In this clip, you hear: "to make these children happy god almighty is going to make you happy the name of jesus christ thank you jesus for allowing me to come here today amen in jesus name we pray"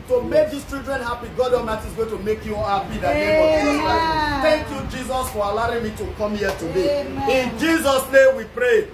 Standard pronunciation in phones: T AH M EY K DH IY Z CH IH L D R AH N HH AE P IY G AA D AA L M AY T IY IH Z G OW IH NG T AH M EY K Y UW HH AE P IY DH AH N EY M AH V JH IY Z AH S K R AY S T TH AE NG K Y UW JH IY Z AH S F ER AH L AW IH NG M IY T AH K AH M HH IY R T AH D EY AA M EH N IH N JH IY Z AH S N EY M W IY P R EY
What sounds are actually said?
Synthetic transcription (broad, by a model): T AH M EY K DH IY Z CH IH L D R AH N HH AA P IY G AA D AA M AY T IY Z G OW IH T AH M EY K Y UW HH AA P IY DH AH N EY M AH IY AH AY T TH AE NG K Y UW JH IY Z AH S F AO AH L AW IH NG M IY T AH K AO M HH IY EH T AH D EY IH N JH IY Z AH S N EY M W IY P R EY